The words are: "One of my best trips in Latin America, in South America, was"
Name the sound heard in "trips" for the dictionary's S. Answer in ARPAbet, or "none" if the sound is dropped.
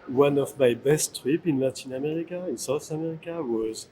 none